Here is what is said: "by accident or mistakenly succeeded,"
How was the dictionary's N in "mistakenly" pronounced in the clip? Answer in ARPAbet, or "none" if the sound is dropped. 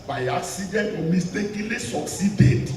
none